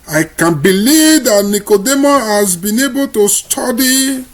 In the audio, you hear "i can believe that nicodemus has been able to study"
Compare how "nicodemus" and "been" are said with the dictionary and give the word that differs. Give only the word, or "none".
nicodemus